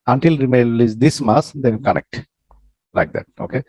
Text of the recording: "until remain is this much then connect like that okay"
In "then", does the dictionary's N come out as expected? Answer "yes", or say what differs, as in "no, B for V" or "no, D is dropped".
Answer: no, L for N